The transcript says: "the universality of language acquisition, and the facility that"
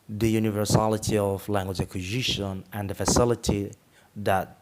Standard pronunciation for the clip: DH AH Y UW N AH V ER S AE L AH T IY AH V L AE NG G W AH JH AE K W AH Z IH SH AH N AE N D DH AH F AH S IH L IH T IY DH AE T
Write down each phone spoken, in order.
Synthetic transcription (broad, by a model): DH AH Y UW N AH V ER S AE L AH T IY AH V L AE NG G W AH JH AE K W AH Z IH SH AH N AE N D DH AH F AH S IH L IH T IY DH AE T